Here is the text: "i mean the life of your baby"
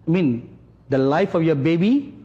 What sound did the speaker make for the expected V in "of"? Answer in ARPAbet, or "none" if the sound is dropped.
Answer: F